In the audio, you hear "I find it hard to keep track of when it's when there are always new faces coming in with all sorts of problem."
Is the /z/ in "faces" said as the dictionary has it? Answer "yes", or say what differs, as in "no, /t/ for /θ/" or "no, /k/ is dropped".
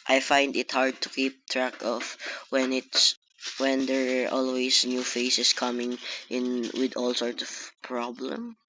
no, /s/ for /z/